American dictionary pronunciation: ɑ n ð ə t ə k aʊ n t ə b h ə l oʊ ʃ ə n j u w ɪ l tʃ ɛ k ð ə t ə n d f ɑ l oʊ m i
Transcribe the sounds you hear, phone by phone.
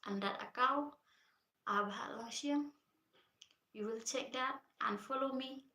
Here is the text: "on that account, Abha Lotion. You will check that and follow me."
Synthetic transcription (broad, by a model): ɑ n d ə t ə k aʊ t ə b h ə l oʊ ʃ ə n j u w ɪ l tʃ ɛ k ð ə t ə n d f ɑ l oʊ m i